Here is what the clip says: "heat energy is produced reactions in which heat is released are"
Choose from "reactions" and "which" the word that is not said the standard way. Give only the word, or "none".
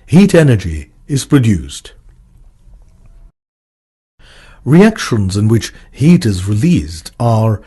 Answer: none